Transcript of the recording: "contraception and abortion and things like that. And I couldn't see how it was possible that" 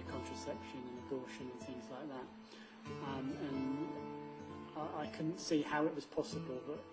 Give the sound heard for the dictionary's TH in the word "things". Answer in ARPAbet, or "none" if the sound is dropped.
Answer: TH